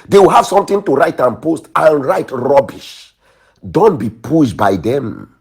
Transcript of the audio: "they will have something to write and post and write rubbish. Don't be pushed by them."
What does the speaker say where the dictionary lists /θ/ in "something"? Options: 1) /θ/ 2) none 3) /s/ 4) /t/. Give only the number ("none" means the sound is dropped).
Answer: 4